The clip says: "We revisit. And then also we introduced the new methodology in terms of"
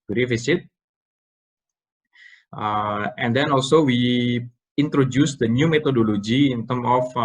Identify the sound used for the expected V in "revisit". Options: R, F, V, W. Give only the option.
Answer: F